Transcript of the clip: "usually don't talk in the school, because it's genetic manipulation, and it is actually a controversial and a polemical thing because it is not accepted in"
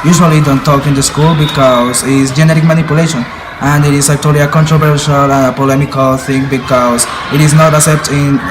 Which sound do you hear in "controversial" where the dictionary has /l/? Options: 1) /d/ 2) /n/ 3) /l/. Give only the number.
3